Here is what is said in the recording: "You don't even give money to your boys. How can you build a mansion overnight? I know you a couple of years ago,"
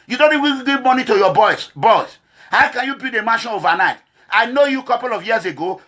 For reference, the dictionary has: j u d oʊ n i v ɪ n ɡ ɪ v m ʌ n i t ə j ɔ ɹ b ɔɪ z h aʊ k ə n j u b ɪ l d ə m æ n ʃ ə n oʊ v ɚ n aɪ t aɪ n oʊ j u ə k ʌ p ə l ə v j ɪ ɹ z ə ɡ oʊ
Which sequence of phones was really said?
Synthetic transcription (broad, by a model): j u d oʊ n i w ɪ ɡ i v m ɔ n i t ə j ɔ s b ɔɪ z h aʊ k ə n j u b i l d ə m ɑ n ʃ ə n oʊ v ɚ n aɪ t aɪ n oʊ j u k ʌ p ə l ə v j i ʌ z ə ɡ oʊ